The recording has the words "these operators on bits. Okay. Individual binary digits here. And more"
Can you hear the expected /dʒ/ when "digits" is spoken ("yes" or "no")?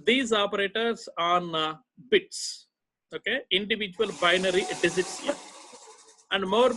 no